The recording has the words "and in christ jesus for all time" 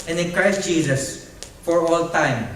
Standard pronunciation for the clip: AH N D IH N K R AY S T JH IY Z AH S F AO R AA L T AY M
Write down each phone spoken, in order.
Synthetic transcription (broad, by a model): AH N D IH N K R AY S T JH IY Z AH S F AO R AA L T AY M